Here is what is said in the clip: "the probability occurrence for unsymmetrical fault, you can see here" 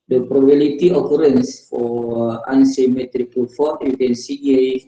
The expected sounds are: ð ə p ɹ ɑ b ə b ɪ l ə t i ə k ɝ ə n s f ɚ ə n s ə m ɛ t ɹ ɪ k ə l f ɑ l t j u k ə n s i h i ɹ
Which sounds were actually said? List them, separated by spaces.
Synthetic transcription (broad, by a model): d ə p ɹ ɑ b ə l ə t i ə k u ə n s f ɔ ə n s ə m ɛ t ɹ ɪ k ə l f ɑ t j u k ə n s i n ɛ